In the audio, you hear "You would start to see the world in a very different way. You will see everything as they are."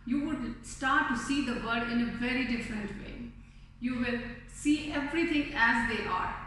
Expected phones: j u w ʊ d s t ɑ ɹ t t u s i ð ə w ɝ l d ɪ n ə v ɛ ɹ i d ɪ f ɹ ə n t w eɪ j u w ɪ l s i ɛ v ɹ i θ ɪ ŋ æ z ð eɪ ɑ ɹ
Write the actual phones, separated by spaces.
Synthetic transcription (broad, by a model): j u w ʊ d s t ɑ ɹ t t u s i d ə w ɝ d ɪ n ə v ɛ ɹ i d ɪ f ɹ ə n t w eɪ j u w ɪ l s i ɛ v ɹ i t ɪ ŋ æ z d eɪ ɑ ɹ